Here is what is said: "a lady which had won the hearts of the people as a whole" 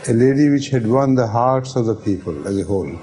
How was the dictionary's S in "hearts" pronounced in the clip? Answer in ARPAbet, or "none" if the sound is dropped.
S